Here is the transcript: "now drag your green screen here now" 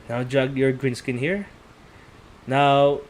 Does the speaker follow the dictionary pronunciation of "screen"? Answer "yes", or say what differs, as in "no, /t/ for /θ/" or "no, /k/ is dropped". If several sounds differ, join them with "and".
no, /ɹ/ is dropped